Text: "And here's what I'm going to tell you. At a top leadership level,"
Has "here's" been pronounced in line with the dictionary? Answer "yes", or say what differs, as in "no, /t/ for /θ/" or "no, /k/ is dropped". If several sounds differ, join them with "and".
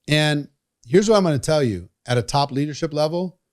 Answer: yes